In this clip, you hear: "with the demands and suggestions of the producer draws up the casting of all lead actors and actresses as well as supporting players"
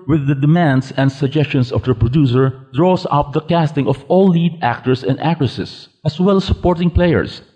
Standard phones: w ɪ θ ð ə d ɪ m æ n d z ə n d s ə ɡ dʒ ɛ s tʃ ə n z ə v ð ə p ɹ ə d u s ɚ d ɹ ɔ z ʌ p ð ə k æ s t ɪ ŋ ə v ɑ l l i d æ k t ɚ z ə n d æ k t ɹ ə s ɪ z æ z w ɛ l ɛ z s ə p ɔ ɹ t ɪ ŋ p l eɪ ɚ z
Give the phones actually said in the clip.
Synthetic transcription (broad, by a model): w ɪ ð ə d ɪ m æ n d s ə n d s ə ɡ dʒ ɛ s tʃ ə n s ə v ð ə p ɹ ə d u s ɚ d ɹ ɔ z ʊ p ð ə k æ s t ɪ ŋ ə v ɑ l l i d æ k t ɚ s ə n d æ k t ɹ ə s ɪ s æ s w ɛ l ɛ s ə p ɔ ɹ t ɪ ŋ p l eɪ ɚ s